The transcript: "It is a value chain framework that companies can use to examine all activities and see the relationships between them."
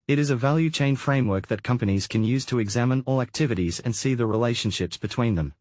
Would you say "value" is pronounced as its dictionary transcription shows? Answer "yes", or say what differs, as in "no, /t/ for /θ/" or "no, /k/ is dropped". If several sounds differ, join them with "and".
yes